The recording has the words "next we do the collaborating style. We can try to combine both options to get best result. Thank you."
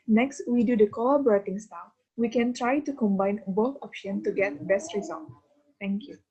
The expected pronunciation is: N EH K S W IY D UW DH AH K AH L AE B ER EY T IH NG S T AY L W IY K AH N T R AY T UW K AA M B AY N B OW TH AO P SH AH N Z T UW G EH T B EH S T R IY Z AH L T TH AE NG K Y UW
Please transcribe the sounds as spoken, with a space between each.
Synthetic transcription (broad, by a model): N EH K S W IY D UW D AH K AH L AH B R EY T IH NG S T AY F W IY K AH N T R AY T UW K AA M B AY N B OW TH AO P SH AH N T UW G EH T B EH S T R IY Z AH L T T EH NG K Y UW